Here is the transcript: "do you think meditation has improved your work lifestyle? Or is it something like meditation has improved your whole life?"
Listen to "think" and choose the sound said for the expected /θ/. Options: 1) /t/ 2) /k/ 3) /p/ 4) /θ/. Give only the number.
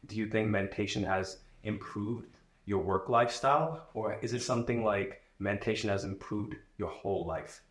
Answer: 4